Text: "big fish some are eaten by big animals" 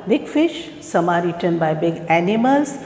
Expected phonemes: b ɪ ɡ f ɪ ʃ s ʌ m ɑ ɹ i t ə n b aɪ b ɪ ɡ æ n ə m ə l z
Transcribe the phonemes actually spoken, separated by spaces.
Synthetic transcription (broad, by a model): b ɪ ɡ f ɪ ʃ s ʌ m ɑ ɹ i t ə n b aɪ b ɪ ɡ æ n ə m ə l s